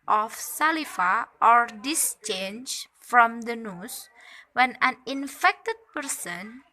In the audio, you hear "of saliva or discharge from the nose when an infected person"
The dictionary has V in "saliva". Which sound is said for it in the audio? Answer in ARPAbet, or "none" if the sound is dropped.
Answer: F